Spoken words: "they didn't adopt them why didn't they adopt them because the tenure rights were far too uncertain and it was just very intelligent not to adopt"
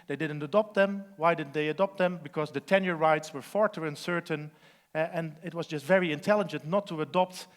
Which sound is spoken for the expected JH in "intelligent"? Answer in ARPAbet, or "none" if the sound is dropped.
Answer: JH